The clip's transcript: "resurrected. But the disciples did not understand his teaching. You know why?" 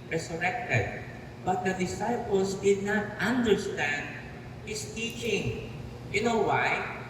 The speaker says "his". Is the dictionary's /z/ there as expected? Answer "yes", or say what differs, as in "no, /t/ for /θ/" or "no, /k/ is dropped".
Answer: no, /s/ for /z/